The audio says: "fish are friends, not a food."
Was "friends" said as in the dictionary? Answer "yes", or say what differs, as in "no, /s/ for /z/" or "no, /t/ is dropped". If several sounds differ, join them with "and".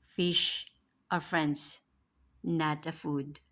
no, /s/ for /z/